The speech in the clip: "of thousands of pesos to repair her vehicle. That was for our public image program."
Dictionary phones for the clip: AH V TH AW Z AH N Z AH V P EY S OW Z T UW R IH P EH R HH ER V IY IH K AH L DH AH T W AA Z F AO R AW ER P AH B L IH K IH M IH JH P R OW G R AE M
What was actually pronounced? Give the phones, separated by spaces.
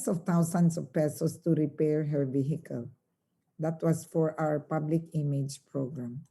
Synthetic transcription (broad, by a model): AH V T AW S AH N S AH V P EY S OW S T UW R IH P EH R HH ER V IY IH K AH L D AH T W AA S F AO R AW ER P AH B L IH K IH M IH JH P R OW G R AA M